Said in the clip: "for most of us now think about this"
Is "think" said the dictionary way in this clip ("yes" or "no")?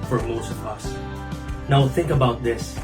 yes